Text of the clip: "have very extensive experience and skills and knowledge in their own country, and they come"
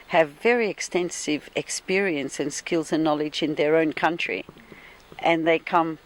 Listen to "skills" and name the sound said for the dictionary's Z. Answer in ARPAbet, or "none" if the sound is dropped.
Z